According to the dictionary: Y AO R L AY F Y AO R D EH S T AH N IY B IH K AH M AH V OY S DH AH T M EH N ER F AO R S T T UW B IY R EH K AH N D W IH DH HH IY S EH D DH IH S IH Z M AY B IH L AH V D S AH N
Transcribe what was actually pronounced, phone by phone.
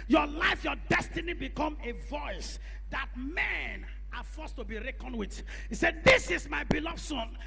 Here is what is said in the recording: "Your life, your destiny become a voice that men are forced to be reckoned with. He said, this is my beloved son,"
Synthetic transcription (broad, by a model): Y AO L AY F Y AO D EH S T AH N IY B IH K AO M AH V OY S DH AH T M EH N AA F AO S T T UW B IY R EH K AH N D W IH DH HH IY S EH D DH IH S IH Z M AY B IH L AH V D S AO N